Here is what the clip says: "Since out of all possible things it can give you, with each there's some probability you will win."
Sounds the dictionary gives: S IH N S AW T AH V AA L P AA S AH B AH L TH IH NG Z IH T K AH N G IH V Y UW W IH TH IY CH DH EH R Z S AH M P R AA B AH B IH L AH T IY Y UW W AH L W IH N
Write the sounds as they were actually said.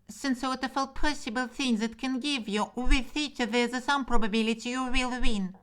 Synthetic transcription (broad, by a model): S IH N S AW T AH F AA L P AA S AH B AH L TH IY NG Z IH T K AH N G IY V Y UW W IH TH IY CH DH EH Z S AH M P R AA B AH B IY L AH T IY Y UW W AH L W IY N